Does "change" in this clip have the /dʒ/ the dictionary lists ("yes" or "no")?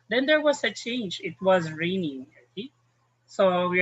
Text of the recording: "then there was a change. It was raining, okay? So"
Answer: yes